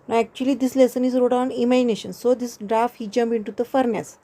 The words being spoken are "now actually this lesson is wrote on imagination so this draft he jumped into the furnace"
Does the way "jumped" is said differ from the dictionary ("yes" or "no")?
yes